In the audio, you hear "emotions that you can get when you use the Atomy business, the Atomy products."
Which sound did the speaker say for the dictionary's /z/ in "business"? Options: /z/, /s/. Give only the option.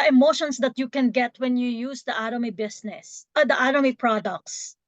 /s/